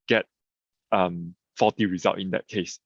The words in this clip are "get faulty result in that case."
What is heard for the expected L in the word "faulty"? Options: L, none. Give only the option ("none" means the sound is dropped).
none